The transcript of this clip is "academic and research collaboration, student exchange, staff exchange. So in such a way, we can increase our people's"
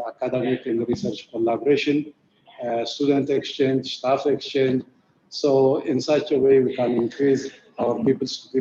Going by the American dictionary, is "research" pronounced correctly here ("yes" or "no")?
yes